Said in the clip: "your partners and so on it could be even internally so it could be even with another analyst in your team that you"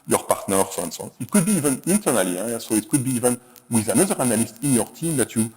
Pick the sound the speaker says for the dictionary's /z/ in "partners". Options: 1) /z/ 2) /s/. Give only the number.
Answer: 2